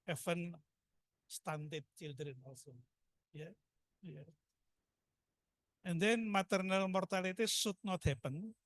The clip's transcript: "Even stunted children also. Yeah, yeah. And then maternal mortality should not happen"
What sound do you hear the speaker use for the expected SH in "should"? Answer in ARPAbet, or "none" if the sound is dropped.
S